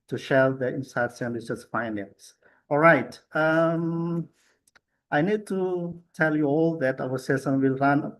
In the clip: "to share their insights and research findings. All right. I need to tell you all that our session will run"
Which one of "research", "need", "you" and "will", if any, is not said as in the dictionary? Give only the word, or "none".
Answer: research